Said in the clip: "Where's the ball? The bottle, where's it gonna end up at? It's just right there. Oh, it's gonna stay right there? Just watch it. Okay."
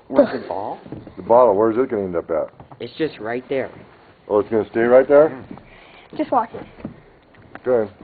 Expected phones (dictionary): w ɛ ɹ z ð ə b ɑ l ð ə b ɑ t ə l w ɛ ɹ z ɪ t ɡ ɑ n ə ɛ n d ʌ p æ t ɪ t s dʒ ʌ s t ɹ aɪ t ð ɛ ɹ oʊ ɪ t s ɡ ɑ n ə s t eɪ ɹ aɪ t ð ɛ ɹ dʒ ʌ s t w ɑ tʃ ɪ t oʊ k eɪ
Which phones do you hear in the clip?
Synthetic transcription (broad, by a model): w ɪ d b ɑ l ð ə b ɑ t l w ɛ ɹ z ɪ t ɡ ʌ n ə ɛ n d ʌ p æ t ɪ t s dʒ ʌ s t ɹ aɪ t ð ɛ ɹ oʊ ɪ t s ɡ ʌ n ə s t eɪ ɹ aɪ t ð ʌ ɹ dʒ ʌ s t w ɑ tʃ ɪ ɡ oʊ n